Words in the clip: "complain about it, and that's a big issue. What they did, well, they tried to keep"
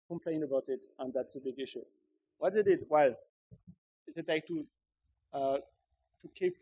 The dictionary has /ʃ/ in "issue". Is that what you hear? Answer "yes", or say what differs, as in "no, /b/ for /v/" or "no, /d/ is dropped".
yes